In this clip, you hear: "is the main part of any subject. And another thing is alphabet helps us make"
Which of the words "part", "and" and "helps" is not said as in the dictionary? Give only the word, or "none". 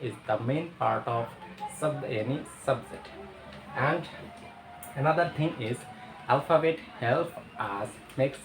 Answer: helps